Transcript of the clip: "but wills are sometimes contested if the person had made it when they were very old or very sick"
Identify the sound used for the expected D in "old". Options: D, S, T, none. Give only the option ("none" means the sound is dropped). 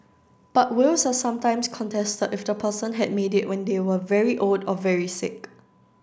D